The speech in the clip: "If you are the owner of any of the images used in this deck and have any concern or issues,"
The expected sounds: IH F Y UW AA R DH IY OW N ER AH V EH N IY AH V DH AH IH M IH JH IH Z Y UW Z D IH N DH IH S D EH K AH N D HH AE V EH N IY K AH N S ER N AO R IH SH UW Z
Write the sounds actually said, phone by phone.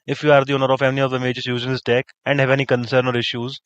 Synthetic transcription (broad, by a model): IH F Y UW AA R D IY OW N ER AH F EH L IY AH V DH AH M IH JH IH S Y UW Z IH N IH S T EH K AH N D HH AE V EH N IY K AH N S ER N AO R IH SH UW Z